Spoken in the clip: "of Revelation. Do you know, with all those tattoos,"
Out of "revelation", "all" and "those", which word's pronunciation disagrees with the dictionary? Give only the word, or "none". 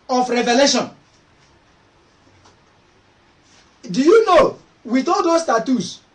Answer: those